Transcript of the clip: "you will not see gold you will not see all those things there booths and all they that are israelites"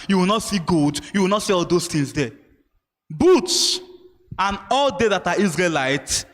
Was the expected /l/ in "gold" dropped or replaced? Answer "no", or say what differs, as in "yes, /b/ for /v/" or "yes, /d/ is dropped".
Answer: yes, /l/ is dropped